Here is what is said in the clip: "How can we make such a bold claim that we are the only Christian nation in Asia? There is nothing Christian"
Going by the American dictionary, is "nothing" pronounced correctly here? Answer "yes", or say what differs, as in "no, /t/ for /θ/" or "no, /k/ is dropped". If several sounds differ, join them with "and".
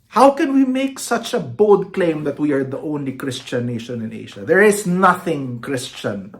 yes